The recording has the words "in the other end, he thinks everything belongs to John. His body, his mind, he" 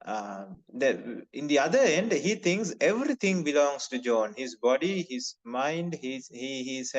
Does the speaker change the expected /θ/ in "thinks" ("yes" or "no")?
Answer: yes